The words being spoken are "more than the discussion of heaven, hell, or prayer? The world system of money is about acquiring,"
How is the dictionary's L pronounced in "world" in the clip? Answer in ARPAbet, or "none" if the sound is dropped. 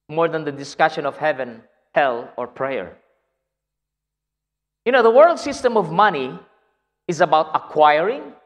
L